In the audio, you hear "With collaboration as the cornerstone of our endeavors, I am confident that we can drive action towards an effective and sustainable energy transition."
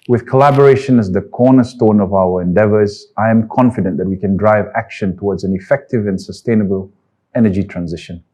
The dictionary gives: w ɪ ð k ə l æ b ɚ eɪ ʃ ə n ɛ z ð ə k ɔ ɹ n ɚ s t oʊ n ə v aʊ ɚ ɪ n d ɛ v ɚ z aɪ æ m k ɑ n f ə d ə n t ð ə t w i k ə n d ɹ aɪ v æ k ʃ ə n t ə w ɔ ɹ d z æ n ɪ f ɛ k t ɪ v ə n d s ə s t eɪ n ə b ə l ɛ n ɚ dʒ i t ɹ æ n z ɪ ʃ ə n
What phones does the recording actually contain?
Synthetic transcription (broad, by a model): w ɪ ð k ə l æ b ɚ eɪ ʃ ə n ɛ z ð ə k ɔ n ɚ s t oʊ n ə v aʊ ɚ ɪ n d ɛ v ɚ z aɪ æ m k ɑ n f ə d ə n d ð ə t w i k ə n d ɹ aɪ v æ k ʃ ə n t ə w ɔ d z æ n ɪ f ɛ k t ɪ v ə n s ə s t eɪ n ə b ə l ɛ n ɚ dʒ i t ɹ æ n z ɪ ʃ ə n